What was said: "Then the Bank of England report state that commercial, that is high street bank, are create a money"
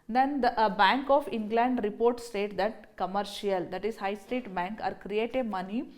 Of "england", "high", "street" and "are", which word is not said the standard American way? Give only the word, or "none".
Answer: street